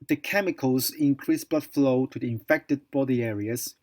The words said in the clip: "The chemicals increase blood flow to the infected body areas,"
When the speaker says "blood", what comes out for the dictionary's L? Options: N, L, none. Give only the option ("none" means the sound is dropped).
none